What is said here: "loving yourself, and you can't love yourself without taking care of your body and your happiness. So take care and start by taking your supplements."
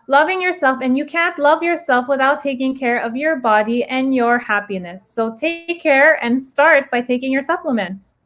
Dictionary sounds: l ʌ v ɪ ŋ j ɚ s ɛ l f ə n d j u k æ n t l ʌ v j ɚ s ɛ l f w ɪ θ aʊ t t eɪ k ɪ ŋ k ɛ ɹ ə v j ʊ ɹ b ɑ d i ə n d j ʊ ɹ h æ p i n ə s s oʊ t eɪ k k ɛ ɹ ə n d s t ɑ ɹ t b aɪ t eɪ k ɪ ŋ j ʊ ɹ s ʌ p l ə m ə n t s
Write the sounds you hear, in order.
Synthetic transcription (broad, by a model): l ʌ v ɪ ŋ j ɚ s ɛ l f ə n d j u k æ n t l ʌ v j ɚ s ɛ l f w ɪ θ aʊ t t eɪ k ɪ ŋ k ɛ ɹ ə v j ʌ ɹ b ɑ d i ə n j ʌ ɹ h æ p i n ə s s oʊ t eɪ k k ɛ ɹ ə n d s t ɑ ɹ t b aɪ t eɪ k ɪ ŋ j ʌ ɹ s ʌ p l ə m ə n t s